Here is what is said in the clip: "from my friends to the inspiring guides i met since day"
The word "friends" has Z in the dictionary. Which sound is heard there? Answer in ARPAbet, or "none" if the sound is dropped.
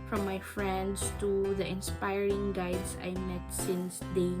S